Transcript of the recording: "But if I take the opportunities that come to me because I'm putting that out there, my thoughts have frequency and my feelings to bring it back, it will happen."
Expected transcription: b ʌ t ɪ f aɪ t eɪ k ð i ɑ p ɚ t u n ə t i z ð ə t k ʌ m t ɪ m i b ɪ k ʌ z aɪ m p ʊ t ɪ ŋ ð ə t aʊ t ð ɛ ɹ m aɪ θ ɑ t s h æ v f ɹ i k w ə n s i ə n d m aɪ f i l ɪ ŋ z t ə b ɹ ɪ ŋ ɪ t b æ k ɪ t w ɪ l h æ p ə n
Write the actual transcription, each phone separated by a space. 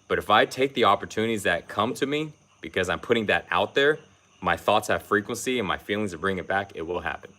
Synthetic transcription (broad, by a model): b ʌ t ɪ f aɪ t eɪ k ð i ɑ p ɚ t u n ə t i z ð ə t k ʌ m t ɪ m i b ɪ k ʌ z aɪ m p ʊ t ɪ ŋ ð ə t aʊ t ð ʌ ɹ m aɪ θ ɑ t s h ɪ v f ɹ i k w ə n s i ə n m aɪ f i l ɪ ŋ z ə b ɹ ɪ ŋ ɪ t b æ k ɪ t w ɪ l h æ p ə n